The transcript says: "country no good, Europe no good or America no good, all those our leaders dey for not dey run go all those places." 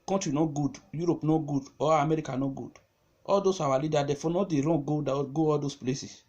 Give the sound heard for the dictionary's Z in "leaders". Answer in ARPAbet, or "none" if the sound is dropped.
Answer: none